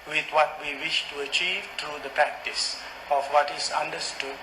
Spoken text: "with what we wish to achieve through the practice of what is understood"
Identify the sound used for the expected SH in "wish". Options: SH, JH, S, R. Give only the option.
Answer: SH